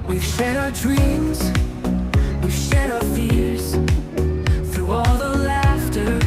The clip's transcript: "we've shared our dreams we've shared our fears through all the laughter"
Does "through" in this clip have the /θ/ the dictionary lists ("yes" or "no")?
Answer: yes